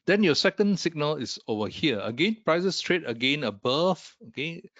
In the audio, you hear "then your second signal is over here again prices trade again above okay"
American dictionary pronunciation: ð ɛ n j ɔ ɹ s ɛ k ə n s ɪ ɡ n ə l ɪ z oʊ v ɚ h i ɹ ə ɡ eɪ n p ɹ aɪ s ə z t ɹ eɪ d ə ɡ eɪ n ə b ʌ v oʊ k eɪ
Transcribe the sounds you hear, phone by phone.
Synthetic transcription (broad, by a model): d ɛ n j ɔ s ɛ k ə n s ɪ ɡ n ə l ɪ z oʊ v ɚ h i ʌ ə ɡ eɪ n p ɹ aɪ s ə s t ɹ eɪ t ə ɡ eɪ n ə b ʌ f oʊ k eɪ